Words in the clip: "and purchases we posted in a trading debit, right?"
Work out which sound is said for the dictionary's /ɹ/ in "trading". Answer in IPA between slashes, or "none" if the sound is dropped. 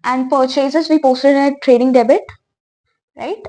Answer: /ɹ/